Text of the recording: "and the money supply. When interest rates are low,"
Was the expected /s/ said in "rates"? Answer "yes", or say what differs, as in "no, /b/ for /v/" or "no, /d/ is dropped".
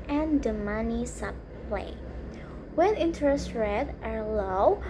no, /s/ is dropped